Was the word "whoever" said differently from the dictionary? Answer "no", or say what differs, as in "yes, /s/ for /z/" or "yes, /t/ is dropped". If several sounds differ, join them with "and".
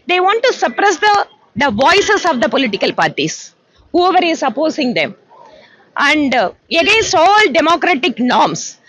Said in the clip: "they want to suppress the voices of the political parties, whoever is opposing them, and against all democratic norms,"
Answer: no